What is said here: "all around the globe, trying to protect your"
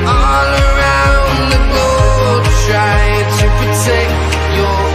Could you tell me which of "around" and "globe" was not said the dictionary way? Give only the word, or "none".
globe